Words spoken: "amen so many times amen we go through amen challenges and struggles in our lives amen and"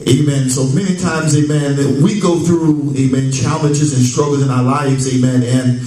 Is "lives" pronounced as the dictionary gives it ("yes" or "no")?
yes